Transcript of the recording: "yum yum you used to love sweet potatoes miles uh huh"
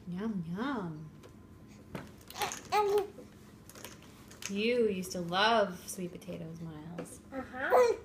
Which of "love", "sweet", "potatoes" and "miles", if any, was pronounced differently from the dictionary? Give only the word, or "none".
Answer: none